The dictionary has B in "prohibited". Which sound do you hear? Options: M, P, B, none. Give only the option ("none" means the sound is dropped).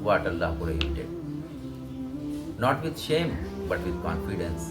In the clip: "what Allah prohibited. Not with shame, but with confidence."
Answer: none